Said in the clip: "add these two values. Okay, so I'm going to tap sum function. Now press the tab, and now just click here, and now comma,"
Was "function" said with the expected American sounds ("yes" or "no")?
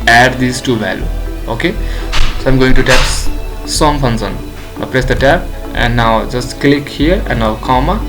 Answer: no